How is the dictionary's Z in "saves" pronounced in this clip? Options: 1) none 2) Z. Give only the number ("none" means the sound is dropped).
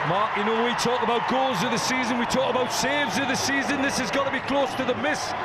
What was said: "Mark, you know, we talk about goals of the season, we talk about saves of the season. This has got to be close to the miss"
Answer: 2